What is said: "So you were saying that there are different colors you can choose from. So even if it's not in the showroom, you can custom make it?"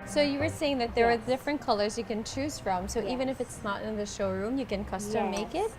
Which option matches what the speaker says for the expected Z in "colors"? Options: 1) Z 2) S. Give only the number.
1